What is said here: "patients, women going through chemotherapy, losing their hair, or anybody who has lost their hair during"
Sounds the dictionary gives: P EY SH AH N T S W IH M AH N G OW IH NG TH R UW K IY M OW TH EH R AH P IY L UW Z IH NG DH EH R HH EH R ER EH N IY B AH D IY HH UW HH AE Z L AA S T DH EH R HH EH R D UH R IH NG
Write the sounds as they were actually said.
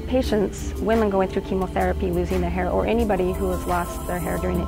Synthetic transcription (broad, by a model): P EY SH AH N T S W IH M AH N G OW IH NG TH R UW K IY M OW TH EH R AH P IY L UW Z IH NG DH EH R HH EH R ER EH N IY B AH D IY HH UW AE Z L AA S T DH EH R HH EH R D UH R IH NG